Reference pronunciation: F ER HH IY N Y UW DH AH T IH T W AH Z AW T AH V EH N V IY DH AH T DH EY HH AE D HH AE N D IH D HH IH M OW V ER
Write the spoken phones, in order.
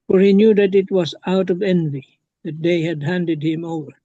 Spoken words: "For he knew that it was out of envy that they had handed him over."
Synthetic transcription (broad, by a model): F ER HH IY N Y UW DH AH T IH T W AH Z AW T AH V EH N V IY DH AH T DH EY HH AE D HH AE N D IH D HH IH M OW V ER